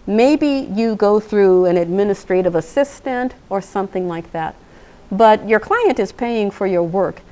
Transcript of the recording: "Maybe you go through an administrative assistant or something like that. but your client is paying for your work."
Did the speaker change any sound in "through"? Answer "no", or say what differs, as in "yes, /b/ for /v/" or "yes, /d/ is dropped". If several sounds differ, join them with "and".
no